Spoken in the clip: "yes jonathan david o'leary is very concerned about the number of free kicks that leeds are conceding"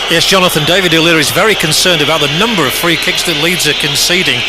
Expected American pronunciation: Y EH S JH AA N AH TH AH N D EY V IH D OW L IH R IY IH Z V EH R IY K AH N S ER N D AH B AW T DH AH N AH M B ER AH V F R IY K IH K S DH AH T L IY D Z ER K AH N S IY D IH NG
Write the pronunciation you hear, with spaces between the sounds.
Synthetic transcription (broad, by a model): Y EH S JH AA N AH TH AH N D EY V IH D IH L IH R IH Z V EH R IY K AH N S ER N D AH B AW T DH AH N AH M B ER AH V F R IY K IH K S DH AH T L IY D Z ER K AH N S IY D IH NG